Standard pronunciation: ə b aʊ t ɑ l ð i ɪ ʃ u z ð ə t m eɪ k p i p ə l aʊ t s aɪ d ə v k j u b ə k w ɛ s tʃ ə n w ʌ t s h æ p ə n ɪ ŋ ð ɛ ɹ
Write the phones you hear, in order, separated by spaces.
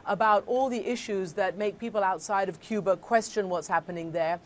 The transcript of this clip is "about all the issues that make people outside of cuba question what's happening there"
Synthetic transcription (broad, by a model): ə b aʊ t ɑ l ð i ɪ ʃ u z ð ə t m eɪ k p i p ə l aʊ t s aɪ d ə v k j u b ə k w ɛ s tʃ ə n w ʌ t s h æ p ə n ɪ ŋ ð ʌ ɹ